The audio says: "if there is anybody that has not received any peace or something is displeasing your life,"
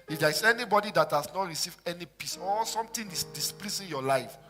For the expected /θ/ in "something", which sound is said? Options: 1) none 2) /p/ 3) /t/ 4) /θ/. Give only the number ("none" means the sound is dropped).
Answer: 3